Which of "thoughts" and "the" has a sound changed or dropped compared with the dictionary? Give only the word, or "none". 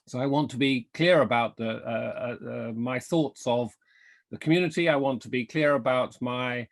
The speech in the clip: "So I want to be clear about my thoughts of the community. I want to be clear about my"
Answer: none